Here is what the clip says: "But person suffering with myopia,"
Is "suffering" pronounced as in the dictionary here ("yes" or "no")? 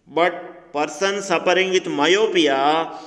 no